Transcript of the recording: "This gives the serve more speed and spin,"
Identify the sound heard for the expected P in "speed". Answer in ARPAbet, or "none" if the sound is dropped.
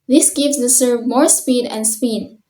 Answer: P